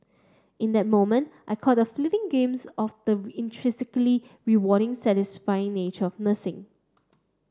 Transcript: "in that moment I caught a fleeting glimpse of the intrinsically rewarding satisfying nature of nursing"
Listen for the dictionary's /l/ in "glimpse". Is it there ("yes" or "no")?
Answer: no